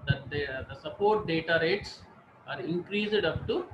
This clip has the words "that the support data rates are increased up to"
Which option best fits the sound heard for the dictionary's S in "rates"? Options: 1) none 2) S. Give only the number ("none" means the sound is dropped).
2